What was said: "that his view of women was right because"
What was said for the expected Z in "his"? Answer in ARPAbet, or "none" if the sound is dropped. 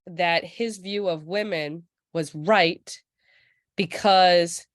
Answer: Z